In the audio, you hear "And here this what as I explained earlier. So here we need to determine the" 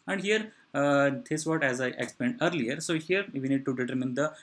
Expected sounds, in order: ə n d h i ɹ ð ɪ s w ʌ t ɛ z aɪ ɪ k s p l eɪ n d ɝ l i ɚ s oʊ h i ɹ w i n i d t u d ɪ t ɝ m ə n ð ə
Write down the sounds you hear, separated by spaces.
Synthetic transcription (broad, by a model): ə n d h i ɹ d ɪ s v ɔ t ɛ z aɪ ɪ k s p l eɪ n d ɝ l i ɚ s oʊ h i ɹ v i n i d t u d ɪ t ɝ m ə n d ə